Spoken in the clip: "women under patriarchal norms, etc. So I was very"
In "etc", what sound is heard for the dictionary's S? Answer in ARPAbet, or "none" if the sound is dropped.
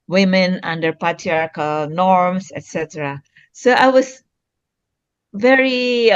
S